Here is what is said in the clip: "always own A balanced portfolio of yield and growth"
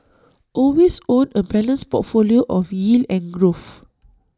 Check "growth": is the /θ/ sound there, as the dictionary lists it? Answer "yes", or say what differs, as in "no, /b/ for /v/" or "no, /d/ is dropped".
no, /f/ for /θ/